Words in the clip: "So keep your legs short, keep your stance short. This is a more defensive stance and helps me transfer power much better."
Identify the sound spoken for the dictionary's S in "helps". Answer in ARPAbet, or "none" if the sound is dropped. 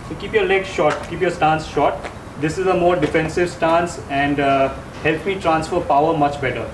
none